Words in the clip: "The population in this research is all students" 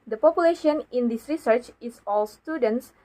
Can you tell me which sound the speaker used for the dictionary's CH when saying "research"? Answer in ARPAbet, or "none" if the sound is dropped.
CH